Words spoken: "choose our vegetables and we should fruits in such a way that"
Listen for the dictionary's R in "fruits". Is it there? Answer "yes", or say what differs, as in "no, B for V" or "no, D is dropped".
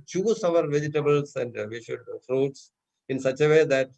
yes